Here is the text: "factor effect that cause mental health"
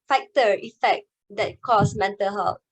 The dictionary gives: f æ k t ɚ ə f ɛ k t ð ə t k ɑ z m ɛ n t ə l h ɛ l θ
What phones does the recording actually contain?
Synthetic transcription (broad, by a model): f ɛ k t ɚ ə f ɛ k t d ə t k ɑ s m ɛ n t ə l h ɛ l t